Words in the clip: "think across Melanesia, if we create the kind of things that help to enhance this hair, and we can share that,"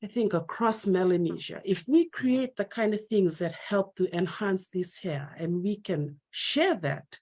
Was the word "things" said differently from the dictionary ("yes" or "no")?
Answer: no